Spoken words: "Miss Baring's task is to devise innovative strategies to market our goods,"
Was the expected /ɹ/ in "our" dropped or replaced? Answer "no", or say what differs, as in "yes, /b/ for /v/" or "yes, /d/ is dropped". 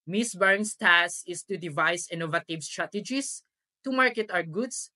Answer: yes, /w/ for /ɹ/